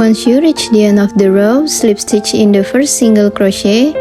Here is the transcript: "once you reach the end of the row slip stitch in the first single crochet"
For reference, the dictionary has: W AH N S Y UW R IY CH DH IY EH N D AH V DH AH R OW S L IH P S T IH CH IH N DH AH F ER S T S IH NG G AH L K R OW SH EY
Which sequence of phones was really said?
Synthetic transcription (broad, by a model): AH N S Y UW R IY CH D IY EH N AH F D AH R OW S L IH P S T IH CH IH N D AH F ER S T S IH NG G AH L K R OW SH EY